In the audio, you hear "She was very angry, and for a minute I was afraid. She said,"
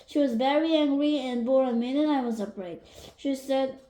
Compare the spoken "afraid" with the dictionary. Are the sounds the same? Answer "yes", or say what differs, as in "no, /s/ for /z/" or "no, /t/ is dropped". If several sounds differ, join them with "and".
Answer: no, /p/ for /f/